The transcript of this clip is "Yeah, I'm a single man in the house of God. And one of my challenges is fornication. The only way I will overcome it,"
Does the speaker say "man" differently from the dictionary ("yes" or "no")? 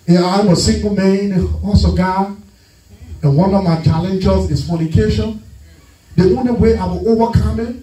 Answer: yes